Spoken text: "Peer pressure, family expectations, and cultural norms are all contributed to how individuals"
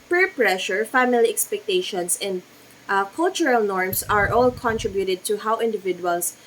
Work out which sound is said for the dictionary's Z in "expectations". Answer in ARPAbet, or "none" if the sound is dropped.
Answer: S